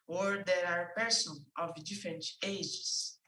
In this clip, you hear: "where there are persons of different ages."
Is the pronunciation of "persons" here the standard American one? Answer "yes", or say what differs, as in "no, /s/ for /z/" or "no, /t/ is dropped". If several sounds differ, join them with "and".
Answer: no, /z/ is dropped